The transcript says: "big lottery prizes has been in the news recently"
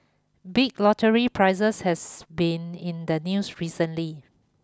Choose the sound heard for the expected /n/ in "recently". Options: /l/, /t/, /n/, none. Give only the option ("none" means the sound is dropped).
/n/